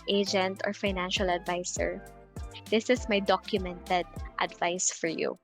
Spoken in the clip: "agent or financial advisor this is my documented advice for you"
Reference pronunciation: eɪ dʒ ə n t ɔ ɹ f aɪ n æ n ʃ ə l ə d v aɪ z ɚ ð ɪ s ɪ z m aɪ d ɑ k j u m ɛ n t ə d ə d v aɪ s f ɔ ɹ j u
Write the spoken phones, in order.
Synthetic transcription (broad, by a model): eɪ dʒ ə n t ɔ ɹ f aɪ n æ n ʃ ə l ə d v aɪ s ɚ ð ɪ s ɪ s m aɪ d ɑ k j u m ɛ n t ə d ə d v aɪ s f ɔ ɹ j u